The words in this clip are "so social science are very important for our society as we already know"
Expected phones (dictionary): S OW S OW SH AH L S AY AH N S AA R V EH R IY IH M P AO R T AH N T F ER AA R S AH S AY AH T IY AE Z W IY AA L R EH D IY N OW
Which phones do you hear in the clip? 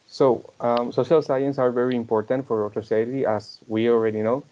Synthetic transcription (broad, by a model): S OW S OW SH AH L S AY AH N S AA R V EH R IY IH M P AO R T AH N T F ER AA R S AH S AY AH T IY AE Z W IY AA L R EH D IY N OW